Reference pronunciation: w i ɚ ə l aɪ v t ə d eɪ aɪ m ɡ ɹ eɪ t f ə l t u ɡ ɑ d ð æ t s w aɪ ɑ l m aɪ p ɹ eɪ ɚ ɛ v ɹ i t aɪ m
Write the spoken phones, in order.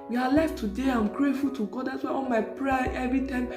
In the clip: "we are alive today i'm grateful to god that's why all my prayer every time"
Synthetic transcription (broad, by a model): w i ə l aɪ f t ə d eɪ aɪ m ɡ ɹ eɪ t f ə l t u ɡ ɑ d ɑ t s w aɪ ɑ l m aɪ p ɹ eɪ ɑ ɛ v ɹ i t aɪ m